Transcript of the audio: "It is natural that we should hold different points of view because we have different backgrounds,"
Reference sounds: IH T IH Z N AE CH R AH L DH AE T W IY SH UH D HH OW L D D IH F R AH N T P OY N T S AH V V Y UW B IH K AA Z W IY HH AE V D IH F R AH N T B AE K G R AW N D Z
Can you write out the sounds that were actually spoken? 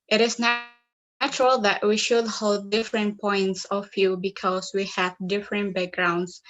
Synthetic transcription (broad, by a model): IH T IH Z N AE CH R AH L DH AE T W IY SH UH D HH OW L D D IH F R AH N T P OY N T S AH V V Y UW B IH K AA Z W IY HH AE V D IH F R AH N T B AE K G R AW N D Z